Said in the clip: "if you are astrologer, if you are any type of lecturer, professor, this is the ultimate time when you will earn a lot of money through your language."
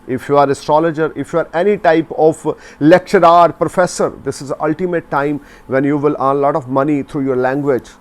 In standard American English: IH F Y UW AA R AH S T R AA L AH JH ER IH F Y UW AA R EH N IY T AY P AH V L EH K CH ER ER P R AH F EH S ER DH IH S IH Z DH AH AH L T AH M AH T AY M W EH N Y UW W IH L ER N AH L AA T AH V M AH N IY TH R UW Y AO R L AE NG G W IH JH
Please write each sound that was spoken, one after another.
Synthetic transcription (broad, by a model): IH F Y UW AA R AH S T R AA L AH JH ER IH F Y UW AA R EH N IY T AY P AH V L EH K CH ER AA P R AH F EH S ER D IH S IH Z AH AH L T AH M AH T AY M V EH N Y UW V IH L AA N L AA T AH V M AH N IY T R UW Y AO R L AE NG G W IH JH